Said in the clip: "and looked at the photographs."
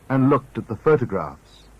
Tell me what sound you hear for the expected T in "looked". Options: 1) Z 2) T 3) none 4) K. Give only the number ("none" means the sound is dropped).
2